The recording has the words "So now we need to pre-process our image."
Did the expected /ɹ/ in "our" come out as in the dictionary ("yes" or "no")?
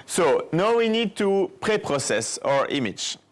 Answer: yes